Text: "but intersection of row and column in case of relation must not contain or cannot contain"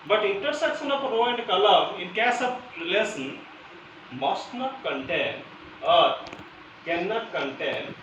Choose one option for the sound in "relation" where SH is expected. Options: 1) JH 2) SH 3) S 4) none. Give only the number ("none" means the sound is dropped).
3